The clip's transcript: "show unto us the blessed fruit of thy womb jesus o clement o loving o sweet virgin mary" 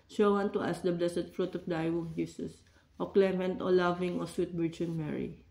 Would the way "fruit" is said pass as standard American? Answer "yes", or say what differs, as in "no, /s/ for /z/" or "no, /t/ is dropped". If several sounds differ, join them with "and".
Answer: yes